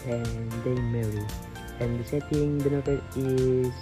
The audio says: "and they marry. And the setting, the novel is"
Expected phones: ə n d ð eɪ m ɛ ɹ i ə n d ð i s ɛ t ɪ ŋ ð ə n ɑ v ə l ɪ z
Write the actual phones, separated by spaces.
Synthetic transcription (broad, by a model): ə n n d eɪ m ɛ ɹ i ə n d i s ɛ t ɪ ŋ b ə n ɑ p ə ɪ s